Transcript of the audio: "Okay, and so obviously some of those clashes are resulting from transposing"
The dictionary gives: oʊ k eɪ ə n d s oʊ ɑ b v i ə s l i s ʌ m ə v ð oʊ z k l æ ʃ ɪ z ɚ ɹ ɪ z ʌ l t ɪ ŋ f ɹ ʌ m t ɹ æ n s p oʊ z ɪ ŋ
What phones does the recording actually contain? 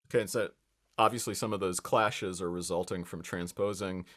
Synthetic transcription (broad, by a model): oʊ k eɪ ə n s oʊ ɑ b v i ə s l i s ʌ m ə v ð oʊ z k l æ ʃ ɪ z ɚ ɹ ɪ z ʌ l t ɪ ŋ f ɹ ʌ m t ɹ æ n s p oʊ z ɪ ŋ